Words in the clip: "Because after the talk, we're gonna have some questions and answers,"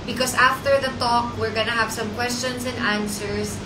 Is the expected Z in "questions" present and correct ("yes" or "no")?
no